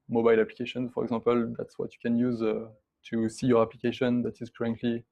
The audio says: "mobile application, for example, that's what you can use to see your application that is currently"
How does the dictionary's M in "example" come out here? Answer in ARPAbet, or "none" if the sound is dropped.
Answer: none